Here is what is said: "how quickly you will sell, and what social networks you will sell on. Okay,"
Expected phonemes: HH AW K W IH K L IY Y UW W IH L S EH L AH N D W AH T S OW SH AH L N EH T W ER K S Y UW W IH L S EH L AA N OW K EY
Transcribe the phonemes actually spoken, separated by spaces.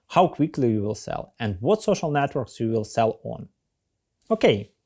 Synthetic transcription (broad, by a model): HH AW K W IH K L IY Y UW W IH L S EH L AH N D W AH T S OW SH AH L N EH T W ER K S Y UW W IH L S EH L AA N OW K EY